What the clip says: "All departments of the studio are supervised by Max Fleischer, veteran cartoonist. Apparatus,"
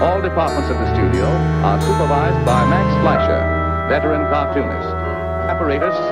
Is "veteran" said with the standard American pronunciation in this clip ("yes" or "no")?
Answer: no